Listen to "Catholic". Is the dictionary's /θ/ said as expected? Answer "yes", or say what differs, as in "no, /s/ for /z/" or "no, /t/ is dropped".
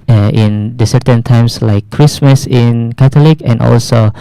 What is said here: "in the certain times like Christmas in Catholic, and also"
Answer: no, /t/ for /θ/